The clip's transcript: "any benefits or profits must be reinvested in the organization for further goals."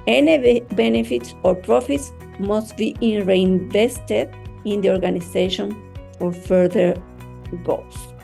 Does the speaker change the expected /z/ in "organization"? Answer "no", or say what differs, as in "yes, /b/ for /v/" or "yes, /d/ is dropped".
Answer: yes, /s/ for /z/